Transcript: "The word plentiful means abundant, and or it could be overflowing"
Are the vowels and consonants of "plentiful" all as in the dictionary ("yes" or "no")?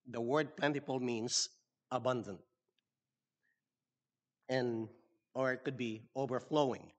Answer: no